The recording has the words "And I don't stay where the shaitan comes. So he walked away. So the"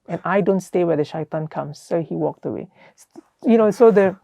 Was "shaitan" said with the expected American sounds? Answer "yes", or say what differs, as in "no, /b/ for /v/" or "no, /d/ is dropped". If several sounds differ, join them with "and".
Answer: yes